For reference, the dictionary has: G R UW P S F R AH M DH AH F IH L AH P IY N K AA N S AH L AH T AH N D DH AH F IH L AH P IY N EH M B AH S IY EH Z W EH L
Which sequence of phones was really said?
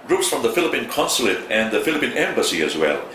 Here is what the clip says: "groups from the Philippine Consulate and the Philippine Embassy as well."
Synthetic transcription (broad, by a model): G R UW P S F R AH M DH AH F IH L AH P IY N K AA N S AH L AH T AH N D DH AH F IH L AH P IY N EH M B AH S IY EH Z W EH L